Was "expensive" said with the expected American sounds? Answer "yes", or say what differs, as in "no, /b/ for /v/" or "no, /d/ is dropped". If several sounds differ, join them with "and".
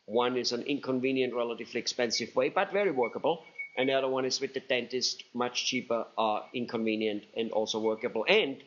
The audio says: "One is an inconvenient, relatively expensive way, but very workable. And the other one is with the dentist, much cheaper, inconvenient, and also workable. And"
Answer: yes